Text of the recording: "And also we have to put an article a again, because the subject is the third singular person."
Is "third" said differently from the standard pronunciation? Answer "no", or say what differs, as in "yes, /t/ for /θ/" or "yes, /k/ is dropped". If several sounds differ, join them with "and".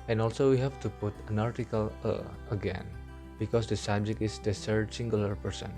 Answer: yes, /s/ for /θ/